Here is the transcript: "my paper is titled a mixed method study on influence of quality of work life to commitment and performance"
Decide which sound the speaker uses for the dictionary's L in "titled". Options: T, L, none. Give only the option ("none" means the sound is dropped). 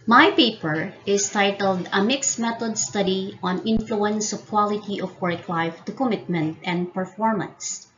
L